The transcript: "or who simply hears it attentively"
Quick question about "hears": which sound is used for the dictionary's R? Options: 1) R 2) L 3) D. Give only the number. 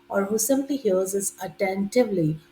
2